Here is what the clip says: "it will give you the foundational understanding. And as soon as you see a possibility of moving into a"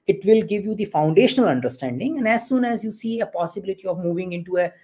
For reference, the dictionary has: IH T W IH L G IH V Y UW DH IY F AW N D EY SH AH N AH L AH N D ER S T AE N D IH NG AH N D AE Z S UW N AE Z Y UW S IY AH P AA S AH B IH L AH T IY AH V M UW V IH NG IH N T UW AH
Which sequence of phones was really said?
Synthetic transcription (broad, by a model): IH T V IH L G IH V Y UW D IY F AW N D EY SH AH N AH L AH N D ER S T AE N D IH NG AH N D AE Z S UW N AE Z Y UW S IY AH P AA S AH B IH L AH T IY AH V M UW V IH NG IH N T UW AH